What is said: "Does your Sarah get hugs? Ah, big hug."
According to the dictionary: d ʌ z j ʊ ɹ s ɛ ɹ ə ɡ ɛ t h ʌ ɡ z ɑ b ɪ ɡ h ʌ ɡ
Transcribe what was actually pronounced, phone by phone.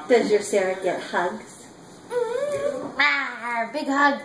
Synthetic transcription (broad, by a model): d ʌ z j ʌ ɹ s ɛ ɹ ə ɡ ɛ t h ʌ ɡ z ɑ b ɪ ɡ h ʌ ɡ